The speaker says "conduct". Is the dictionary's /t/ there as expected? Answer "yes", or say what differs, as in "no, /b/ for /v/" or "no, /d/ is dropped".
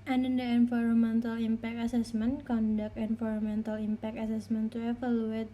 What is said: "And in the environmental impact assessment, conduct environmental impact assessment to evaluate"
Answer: no, /t/ is dropped